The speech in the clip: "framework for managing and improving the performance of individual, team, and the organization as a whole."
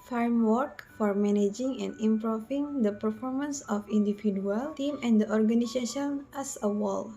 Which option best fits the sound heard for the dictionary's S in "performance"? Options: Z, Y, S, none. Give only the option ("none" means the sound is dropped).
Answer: S